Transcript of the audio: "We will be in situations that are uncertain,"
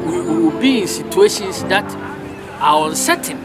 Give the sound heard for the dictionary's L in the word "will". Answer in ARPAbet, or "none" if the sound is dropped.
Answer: W